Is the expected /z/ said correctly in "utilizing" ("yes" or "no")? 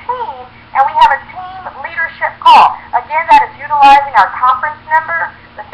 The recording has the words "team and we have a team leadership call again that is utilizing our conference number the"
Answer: yes